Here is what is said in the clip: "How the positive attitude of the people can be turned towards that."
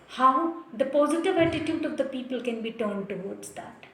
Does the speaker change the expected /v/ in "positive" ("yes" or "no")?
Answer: no